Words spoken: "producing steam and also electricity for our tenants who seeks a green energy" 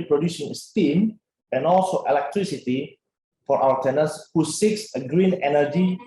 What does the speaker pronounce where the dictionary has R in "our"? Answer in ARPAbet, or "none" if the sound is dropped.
L